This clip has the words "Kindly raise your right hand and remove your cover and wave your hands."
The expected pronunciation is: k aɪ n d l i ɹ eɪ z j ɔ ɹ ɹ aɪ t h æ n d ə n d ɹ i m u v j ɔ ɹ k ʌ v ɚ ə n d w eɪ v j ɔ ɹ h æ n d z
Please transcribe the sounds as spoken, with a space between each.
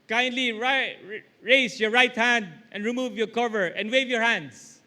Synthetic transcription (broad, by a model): k aɪ n d l i ɹ eɪ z j ɔ ɹ ɹ aɪ t h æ n d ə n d ɹ i m u v j ɔ ɹ k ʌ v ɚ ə n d w eɪ v j ɔ ɹ h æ n d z